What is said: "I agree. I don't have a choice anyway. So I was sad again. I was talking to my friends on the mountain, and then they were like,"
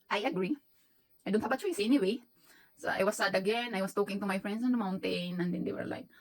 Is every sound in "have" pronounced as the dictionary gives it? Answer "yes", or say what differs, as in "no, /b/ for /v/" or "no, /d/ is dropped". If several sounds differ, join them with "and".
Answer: no, /b/ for /v/